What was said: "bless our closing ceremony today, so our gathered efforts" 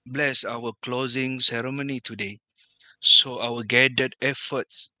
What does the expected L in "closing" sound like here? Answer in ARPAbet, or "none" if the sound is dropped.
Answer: L